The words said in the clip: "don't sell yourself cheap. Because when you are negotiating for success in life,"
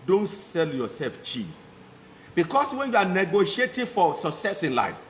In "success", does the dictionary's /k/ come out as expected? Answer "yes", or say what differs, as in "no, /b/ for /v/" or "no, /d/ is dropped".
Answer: yes